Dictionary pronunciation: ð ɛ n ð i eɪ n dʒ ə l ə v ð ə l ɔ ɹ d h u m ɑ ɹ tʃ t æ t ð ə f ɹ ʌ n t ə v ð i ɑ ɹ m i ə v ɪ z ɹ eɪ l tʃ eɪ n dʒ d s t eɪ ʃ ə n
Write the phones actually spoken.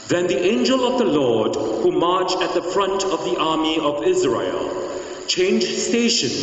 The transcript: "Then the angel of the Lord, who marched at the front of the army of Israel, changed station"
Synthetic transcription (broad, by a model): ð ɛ n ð i eɪ n dʒ ə l ə v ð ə l ɔ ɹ d h u m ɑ ɹ tʃ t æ t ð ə f ɹ ʌ n t ə v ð i ɑ ɹ m i ə v ɪ z ɹ eɪ l tʃ eɪ n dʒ s t eɪ ʃ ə n